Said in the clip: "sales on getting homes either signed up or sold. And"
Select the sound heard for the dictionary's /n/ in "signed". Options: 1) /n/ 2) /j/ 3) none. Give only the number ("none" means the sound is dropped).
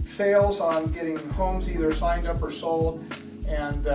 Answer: 1